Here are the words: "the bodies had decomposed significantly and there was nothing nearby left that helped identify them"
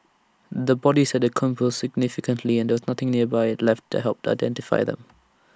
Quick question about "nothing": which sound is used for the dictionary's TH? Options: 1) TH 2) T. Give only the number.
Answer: 1